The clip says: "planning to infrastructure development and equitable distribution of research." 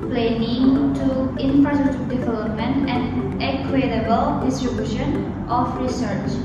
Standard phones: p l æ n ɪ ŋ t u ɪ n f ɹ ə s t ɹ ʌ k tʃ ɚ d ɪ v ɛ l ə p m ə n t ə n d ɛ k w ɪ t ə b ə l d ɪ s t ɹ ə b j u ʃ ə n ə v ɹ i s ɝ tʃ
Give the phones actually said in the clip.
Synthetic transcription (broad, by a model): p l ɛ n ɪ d t u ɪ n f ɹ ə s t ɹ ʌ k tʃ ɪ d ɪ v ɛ l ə p m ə n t ə n d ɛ k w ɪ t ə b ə l d ɪ s t ɹ ə b j u ʃ ə n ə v ɹ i s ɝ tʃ